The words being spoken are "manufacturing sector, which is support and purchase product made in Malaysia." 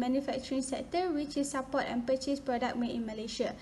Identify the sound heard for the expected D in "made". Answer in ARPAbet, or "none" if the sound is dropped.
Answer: none